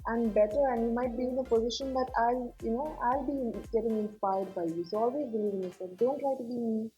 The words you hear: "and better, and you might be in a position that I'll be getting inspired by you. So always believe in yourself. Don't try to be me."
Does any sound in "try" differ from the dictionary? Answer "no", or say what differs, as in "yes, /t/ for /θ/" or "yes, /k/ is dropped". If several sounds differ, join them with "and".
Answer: yes, /l/ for /ɹ/